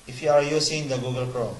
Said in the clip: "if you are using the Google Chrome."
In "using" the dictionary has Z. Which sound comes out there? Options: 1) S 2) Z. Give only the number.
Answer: 1